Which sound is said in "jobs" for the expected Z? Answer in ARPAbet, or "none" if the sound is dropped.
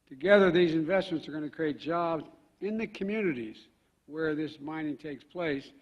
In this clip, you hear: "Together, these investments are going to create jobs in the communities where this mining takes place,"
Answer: Z